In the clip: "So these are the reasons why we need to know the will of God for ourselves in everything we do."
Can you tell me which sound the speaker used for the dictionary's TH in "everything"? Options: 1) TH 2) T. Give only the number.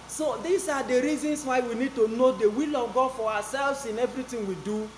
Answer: 2